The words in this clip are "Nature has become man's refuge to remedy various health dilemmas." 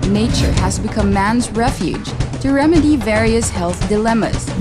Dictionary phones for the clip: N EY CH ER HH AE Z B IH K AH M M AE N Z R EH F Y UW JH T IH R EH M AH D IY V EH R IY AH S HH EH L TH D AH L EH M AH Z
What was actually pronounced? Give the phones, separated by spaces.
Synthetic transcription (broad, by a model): N EY CH ER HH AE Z B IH K AH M M AE N Z R EH F Y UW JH T IH R EH M AH D IY V EH R IY AH S HH EH L TH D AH L EH M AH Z